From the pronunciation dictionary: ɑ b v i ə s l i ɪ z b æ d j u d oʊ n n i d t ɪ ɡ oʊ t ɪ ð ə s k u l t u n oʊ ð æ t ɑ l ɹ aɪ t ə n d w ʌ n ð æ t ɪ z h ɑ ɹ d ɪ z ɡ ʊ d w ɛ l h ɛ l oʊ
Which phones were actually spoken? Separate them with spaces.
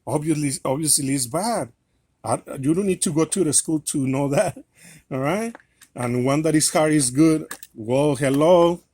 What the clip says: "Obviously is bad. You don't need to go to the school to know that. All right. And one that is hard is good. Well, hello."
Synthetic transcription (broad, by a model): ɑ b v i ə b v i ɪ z b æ d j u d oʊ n n i d t ɪ ɡ oʊ t ɪ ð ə s k u l t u n oʊ ð æ t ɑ ɹ aɪ t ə n w ʌ n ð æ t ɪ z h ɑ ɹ ɪ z ɡ ʊ d w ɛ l h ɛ l oʊ